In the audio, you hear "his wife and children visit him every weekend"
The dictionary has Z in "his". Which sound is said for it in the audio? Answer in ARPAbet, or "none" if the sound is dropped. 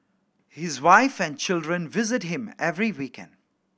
Z